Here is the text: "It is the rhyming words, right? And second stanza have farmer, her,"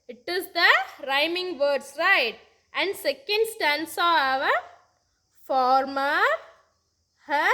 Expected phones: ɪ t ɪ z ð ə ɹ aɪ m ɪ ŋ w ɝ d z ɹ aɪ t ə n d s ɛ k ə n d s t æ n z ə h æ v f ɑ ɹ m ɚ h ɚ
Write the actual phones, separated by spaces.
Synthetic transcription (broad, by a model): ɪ t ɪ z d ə ɹ aɪ m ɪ ŋ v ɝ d s ɹ aɪ t ə n d s ɛ k ə n d s t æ n s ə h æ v f ɑ ɹ m ɚ h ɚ